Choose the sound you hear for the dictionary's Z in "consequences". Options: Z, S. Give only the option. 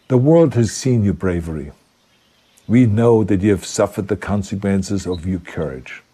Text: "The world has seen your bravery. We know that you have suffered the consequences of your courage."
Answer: Z